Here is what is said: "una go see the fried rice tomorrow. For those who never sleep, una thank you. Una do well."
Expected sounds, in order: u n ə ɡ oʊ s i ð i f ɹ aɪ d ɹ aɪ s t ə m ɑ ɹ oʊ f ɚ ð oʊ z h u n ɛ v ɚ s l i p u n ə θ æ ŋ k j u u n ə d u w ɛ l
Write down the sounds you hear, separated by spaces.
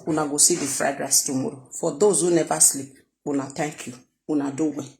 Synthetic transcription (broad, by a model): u n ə ɡ oʊ s i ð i f ɹ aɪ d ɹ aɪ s t ə m ɑ ɹ oʊ f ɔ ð oʊ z h u n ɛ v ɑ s l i u n ə t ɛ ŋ k j u u n ə d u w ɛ